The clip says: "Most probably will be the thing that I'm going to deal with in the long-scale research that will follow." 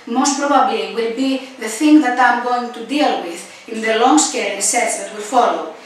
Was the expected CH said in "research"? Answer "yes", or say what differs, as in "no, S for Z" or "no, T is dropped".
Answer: no, S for CH